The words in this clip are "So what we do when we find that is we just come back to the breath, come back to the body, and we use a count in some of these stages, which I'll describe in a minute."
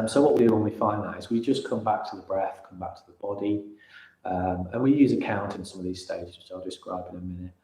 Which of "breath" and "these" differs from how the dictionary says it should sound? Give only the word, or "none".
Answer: none